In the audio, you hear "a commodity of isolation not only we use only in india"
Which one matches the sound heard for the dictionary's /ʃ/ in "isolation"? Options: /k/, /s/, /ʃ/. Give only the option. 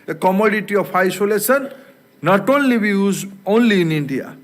/s/